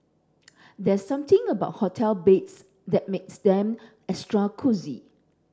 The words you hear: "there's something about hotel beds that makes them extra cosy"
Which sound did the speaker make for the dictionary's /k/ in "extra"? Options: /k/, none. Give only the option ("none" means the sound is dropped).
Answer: none